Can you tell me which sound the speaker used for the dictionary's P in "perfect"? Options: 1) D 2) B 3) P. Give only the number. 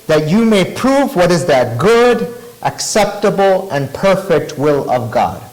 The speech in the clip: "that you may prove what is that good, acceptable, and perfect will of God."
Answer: 3